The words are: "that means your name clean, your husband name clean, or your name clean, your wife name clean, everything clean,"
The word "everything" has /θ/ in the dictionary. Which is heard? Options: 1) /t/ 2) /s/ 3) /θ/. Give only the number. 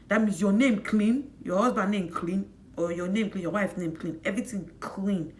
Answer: 1